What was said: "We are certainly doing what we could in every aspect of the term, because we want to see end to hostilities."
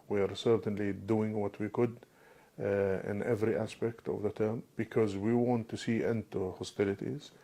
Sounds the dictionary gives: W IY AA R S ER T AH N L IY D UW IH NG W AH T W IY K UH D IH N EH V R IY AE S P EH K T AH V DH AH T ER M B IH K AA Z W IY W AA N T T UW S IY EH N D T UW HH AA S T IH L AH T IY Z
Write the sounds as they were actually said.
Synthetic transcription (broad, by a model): W IY AA R S ER T AH N L IY D UW IH NG W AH T W IY K UH D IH N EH V R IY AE S P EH K T AH V DH AH T ER M B IH K AA Z W IY W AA N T T UW S IY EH N T UW HH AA S T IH L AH T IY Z